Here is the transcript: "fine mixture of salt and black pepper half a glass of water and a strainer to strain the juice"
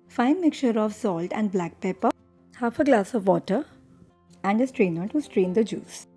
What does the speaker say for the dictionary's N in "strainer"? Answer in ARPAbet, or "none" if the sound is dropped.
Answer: N